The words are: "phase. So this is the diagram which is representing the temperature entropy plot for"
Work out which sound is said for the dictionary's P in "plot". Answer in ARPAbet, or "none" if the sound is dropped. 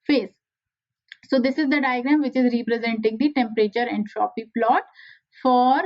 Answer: P